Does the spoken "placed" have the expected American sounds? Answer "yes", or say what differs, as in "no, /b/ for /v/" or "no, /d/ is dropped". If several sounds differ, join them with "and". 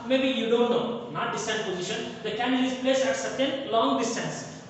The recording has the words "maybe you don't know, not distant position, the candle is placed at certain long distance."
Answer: no, /t/ is dropped